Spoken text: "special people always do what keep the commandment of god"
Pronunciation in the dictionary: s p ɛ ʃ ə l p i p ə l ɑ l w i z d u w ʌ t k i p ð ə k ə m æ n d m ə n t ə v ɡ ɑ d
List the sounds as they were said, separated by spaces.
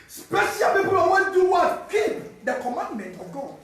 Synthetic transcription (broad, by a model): s p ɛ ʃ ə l p i p ə l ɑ w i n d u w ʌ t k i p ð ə k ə m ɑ n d m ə n t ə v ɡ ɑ